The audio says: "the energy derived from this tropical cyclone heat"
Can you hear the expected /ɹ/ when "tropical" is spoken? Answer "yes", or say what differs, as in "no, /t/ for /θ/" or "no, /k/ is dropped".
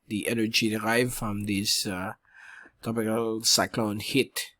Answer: no, /ɹ/ is dropped